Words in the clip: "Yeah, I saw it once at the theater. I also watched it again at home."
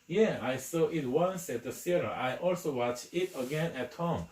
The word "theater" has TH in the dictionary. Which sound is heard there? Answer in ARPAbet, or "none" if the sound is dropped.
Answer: S